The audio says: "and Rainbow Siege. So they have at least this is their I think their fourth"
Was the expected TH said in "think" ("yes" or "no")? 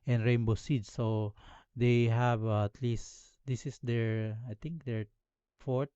no